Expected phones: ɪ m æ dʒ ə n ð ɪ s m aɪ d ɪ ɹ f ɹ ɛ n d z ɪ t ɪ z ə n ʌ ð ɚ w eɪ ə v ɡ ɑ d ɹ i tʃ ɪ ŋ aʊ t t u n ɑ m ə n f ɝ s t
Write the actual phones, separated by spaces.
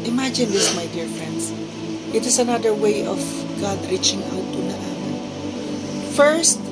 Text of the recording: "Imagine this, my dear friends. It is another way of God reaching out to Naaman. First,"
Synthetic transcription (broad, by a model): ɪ m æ dʒ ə n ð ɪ s m aɪ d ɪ ɹ f ɹ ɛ n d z ɪ t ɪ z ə n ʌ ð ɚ w eɪ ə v ɡ ɑ d ɹ i tʃ ɪ ŋ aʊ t t u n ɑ ə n f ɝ s t